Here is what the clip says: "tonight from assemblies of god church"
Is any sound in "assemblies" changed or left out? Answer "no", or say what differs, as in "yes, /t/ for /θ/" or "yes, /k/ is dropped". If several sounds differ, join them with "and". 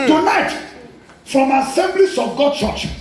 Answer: yes, /s/ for /z/